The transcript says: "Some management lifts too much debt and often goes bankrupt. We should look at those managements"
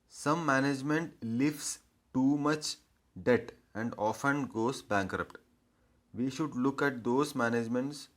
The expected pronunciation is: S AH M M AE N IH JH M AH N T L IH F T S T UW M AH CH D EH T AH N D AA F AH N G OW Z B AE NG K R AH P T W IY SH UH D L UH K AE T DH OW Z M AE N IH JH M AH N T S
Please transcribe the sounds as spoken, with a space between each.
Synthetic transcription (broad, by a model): S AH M M AE N IH JH M AH N T L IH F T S T UW M AH CH D EH T AH N D AA F AH N G OW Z B AE NG K R AH P T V IY SH UH D L UH K AE T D OW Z M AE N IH JH M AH N T S